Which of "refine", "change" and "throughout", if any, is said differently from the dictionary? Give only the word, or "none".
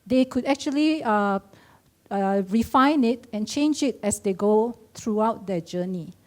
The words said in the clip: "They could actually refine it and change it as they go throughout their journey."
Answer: throughout